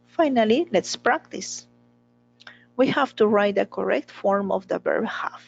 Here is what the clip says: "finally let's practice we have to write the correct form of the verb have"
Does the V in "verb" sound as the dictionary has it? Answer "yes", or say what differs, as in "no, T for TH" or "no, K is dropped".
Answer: no, B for V